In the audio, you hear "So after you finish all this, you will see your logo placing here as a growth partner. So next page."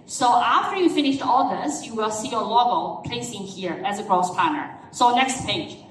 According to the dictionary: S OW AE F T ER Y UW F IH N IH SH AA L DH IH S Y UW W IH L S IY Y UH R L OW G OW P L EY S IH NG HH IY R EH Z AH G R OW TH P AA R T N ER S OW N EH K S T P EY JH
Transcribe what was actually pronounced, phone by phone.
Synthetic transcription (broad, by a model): S OW AE F T ER Y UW F IH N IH SH AA L DH IH S Y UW W IH L S IY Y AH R L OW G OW P L EY S IH NG HH IY R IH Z AH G R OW S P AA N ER S OW N EH K S T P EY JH